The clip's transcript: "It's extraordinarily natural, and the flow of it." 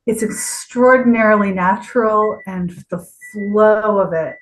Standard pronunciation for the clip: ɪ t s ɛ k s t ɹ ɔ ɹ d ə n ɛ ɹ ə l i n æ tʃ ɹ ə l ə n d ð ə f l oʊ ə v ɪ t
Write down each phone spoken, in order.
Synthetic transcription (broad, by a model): ɪ t s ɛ k s t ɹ ɔ ɹ d n ɛ ɹ l i n æ tʃ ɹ l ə n ð ə f l oʊ ə v ɪ t